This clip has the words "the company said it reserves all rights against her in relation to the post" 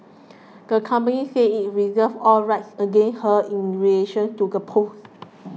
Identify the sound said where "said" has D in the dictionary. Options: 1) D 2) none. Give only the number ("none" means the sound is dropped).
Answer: 2